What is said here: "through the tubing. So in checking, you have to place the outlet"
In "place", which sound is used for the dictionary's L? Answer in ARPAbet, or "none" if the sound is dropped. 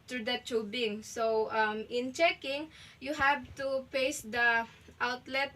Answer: none